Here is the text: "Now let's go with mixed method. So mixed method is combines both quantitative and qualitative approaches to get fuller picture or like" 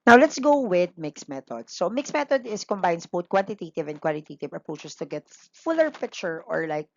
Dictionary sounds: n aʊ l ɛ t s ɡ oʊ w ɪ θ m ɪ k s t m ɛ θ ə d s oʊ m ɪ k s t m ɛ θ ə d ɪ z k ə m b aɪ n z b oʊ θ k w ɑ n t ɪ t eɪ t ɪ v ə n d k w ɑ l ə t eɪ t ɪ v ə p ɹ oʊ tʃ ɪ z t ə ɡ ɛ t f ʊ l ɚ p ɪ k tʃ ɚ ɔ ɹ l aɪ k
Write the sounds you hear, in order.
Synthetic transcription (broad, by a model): n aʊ l ɛ t s ɡ oʊ w ɪ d m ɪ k s m ɛ t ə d s oʊ m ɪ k s m ɛ t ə d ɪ s k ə m b aɪ n s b oʊ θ k w ɑ n t ɪ t eɪ t ɪ v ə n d k w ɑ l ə t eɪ t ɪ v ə p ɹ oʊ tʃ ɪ s t ə ɡ ɛ t f ʊ l ɚ p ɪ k tʃ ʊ ɔ ɹ l aɪ k